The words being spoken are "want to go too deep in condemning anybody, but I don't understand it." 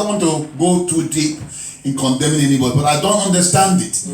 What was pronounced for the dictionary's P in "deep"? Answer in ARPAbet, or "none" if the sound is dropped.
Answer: P